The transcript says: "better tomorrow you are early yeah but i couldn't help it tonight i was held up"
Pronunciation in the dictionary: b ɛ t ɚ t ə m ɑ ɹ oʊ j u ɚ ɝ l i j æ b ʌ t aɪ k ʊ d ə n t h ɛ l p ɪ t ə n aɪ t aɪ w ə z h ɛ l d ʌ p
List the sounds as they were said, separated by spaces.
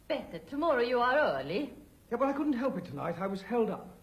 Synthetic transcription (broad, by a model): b ɛ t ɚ t ə m ɑ ɹ oʊ j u ɚ ɝ l i j æ b ʌ t aɪ k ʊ d n t h ɛ l p ɪ t ə n aɪ t aɪ w ə z h ɛ l d ʌ p